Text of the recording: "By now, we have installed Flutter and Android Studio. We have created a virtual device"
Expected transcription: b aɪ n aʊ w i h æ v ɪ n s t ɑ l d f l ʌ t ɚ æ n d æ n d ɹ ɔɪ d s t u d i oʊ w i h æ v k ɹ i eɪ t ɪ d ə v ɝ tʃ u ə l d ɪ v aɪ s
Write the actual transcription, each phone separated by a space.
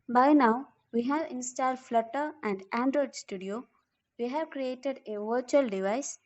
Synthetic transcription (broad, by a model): b aɪ n aʊ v i h æ v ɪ n s t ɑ l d f l ʌ t ɚ æ n d æ n d ɹ ɔɪ d s t u d i oʊ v i h æ v k ɹ i eɪ t ɪ d ə v ɝ tʃ u ə l d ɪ v aɪ s